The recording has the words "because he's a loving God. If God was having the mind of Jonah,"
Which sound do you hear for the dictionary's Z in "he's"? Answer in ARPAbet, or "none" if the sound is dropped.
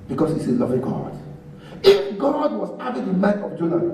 S